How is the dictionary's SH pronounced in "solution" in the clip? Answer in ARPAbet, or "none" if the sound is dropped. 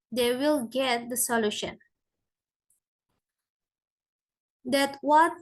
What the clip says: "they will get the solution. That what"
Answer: SH